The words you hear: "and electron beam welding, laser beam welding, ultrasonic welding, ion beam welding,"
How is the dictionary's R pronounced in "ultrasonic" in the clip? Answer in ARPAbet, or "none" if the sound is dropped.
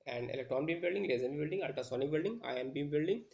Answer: none